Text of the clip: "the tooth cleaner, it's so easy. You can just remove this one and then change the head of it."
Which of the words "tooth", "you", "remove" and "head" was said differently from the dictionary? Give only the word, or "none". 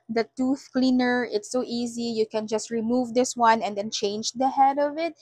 none